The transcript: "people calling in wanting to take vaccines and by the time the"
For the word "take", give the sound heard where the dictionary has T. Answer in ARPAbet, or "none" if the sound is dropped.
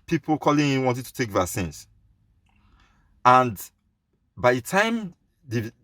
T